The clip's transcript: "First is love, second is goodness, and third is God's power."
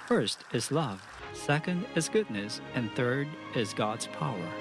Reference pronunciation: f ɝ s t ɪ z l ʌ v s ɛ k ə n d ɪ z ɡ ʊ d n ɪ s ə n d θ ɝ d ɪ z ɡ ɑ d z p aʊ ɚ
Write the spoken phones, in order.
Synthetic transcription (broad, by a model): f ɝ s t ɪ z l ʌ v s ɛ k ə n d ɪ z ɡ ʊ d n ɪ s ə n θ ɝ d ɪ z ɡ ɑ d z p aʊ ɚ